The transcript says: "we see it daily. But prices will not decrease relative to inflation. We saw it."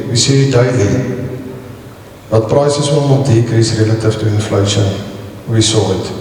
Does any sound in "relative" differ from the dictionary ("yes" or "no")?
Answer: yes